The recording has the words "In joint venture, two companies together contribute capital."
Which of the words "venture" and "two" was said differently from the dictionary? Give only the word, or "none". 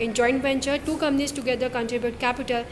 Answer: venture